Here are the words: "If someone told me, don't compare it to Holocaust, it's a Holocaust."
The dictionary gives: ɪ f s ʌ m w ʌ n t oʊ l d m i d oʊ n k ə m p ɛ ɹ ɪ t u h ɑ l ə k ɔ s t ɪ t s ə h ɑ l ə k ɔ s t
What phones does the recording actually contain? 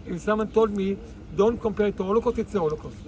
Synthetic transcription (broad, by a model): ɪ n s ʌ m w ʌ n t oʊ l d m i d oʊ n k ə m p ɛ ɹ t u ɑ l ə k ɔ t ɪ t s ə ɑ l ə k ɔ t